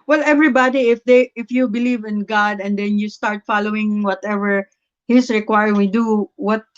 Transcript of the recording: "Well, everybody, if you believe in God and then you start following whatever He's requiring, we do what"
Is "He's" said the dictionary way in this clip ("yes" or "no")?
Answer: no